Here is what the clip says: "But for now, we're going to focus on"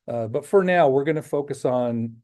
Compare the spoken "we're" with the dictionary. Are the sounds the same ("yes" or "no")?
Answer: yes